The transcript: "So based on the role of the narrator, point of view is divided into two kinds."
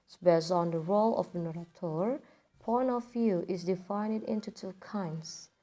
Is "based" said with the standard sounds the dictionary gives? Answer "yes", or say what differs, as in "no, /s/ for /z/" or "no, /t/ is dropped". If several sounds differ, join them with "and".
no, /t/ is dropped